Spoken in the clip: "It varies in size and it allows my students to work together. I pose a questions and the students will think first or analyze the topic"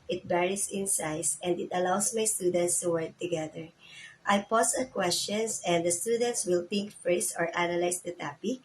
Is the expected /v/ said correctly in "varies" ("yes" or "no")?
no